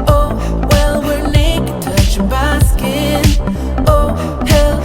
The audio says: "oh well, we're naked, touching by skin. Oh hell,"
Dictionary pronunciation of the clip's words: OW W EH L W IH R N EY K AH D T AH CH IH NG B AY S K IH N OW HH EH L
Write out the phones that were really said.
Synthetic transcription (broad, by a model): OW W EH L W IH R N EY AH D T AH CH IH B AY S K IH N OW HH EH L